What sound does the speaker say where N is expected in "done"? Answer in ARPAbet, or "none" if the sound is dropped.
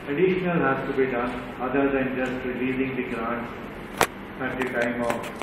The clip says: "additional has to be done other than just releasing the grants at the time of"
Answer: N